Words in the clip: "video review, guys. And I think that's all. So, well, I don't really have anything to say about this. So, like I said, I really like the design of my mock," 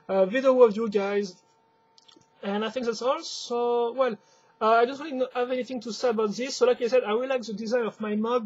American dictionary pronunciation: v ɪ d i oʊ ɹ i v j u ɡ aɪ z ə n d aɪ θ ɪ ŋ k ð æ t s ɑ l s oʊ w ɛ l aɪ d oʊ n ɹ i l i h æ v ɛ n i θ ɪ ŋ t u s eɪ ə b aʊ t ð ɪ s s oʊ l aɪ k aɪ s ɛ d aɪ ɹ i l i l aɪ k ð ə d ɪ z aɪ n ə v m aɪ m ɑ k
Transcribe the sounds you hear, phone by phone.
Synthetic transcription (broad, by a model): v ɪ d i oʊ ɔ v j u ɡ aɪ z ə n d aɪ θ ɪ ŋ k ð æ t s ɑ l s oʊ w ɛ l aɪ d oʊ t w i n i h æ v ɛ n i θ ɪ ŋ t u s eɪ ə b aʊ t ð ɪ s s oʊ l aɪ k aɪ s ɛ d aɪ w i l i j k ð ə d ɪ z aɪ n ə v m aɪ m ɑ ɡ